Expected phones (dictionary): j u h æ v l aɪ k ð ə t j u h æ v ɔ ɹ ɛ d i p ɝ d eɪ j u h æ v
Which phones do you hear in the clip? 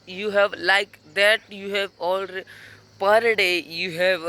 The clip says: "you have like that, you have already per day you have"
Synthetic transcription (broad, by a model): j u h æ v l aɪ k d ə t j u h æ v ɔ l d p ɝ d eɪ j u h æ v